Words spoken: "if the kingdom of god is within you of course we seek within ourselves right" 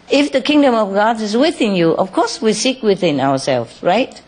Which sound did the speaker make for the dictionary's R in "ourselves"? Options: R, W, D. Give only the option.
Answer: W